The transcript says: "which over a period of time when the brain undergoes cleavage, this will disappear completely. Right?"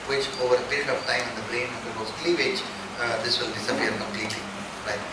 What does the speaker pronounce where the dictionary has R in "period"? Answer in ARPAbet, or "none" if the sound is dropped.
R